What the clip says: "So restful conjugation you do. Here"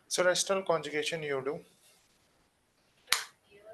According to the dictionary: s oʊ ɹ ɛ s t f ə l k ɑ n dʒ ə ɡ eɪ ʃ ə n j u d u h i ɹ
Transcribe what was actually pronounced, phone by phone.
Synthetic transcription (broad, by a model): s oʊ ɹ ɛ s t ə l k ɑ n dʒ ə ɡ eɪ ʃ ə n j u d u